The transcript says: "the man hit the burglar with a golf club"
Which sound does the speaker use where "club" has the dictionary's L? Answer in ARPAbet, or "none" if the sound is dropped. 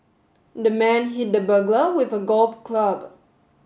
L